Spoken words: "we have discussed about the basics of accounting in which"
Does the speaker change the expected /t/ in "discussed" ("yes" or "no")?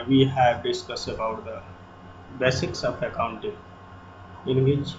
yes